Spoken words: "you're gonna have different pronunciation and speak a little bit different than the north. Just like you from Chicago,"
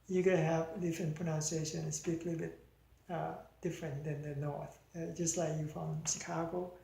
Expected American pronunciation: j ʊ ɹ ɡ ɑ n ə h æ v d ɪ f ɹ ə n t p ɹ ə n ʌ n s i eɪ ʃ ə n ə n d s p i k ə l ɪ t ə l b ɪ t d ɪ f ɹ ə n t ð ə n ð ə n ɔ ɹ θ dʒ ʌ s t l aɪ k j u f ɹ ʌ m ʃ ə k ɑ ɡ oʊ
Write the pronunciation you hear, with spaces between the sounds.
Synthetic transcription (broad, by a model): j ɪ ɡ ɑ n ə h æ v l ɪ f ə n p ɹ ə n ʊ n s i eɪ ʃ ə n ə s i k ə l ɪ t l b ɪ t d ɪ f ɹ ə n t ð ə n ð ə n ɔ ɹ θ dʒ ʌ s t l aɪ k j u f ɹ ʌ m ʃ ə k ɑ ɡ oʊ